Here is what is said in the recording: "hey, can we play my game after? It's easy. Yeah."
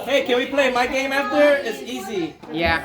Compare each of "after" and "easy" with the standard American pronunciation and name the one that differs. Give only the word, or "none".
none